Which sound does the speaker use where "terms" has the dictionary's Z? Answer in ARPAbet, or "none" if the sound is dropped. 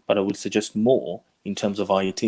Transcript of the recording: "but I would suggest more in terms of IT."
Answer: Z